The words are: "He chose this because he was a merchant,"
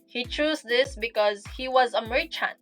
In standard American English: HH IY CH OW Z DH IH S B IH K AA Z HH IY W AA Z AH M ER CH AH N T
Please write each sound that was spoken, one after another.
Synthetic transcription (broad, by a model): HH IY CH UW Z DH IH S B IH K AA Z HH IY W AA Z AH M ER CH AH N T